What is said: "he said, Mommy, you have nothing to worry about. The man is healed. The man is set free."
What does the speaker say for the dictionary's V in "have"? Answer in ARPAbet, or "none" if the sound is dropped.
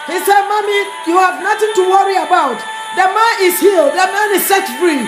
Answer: V